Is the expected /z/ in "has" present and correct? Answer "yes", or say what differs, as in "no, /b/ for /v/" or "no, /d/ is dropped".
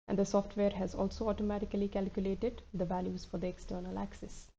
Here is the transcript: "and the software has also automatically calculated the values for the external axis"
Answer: yes